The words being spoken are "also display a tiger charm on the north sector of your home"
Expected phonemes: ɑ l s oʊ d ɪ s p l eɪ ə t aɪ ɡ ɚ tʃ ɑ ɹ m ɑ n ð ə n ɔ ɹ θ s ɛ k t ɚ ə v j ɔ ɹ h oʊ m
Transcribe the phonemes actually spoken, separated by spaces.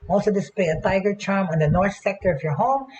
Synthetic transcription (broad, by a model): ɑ l s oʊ d ɪ s p l eɪ ə t aɪ ɡ ɚ tʃ ɑ ɹ m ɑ n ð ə n ɔ ɹ θ s ɛ k t ɚ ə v j ɔ ɹ h oʊ m